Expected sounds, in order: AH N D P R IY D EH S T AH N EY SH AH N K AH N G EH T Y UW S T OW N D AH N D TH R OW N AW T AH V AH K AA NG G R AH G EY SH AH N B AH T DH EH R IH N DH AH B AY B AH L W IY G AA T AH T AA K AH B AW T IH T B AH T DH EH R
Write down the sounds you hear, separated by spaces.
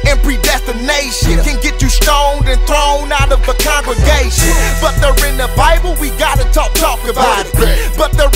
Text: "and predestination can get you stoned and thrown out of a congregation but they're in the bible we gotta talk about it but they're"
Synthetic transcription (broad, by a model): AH N P R IY D EH S T AH N EY SH AH N K AH N G EH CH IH S T OW N D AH N TH R OW N AW T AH V AH K AA NG G R AH G EY SH AH N B AH T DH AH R IH N DH AH B AY B L W IY G AA T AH T AA K AH B AW T IH T B AH T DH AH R